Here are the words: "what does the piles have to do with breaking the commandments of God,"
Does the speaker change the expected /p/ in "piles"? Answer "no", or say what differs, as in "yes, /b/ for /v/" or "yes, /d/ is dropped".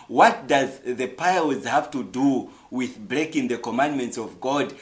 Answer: no